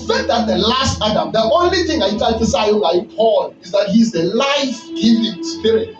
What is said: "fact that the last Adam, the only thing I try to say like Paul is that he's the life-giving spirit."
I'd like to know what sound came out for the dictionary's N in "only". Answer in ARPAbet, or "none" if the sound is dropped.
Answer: N